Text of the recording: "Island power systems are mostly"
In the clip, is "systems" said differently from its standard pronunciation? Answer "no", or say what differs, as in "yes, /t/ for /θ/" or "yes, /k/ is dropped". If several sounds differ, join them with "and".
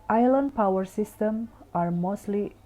yes, /z/ is dropped